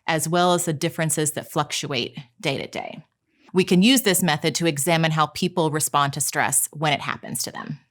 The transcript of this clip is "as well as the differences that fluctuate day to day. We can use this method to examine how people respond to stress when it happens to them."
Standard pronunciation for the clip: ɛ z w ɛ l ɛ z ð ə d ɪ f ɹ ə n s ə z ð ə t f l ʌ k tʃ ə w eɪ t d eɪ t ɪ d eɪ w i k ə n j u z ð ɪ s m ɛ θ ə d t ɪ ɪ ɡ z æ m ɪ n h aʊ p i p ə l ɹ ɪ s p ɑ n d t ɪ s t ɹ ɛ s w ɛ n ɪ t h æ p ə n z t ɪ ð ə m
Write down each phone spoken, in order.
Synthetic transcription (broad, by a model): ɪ z w ɛ l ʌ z ð ə d ɪ f ɹ ə n s ə z ð ə t f l ʌ k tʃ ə eɪ t d eɪ t ɪ d eɪ w i k ə n j u z ð ɪ s m ɛ θ ə d t ɪ ɪ ɡ z æ m ɪ n h aʊ p i p l ɹ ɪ s p ɑ n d t ɪ s t ɹ ɛ s w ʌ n ɪ t h æ p ə n z t ɪ ð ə m